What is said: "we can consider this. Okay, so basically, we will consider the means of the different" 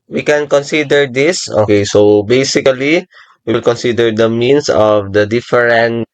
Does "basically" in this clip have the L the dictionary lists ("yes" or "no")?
no